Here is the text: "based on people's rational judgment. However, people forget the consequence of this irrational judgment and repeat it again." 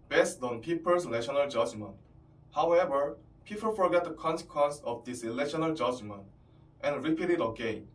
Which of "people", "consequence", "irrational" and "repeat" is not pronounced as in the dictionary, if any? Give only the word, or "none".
irrational